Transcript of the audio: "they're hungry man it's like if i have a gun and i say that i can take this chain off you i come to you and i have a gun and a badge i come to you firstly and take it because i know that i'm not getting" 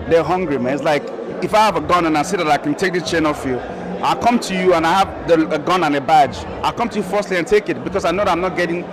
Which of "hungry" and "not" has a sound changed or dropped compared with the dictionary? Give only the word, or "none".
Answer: none